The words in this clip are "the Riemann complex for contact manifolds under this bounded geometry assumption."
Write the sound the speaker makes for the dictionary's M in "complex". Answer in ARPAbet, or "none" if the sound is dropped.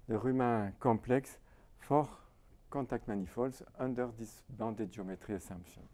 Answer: none